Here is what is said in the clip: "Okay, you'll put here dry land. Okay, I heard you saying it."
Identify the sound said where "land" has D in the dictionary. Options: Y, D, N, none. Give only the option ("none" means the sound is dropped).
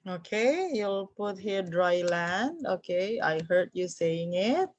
D